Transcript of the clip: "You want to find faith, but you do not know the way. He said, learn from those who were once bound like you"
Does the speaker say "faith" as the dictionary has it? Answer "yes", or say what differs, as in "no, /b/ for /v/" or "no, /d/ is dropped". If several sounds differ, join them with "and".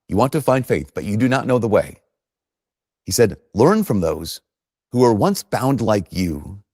yes